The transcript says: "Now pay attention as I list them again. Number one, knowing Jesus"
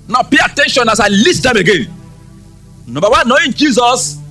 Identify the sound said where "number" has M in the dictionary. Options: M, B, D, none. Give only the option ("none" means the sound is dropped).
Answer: none